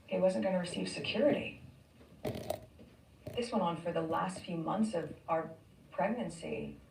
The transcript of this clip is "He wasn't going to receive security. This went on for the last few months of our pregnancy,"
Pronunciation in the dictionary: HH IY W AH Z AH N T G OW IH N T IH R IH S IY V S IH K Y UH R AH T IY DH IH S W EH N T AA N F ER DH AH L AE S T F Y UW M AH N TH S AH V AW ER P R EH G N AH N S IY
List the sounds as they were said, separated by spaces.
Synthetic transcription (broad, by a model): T W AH Z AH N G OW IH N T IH R IH S IY V S IH K Y UH R AH T IY DH IH S W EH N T N F ER DH AH L AE S T F Y UW M AH N TH S AH V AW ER P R EH G N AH N S IY